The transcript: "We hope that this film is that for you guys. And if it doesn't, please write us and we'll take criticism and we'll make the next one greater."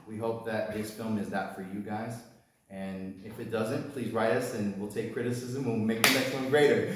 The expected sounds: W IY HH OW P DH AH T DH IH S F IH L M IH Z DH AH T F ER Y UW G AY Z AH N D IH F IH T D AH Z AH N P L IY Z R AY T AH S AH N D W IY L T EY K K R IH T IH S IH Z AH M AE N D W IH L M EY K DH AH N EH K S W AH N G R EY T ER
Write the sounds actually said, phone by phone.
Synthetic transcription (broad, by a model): W IY HH OW P DH AH T DH IH S F IH L M IH Z DH AH T F ER Y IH G AY Z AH N IH F IH T D AH Z AH N P L IY Z R AY T AH S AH N W IY L T EY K K R IH T IH S IH Z AH M W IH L M EY K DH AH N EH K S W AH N G R EY T ER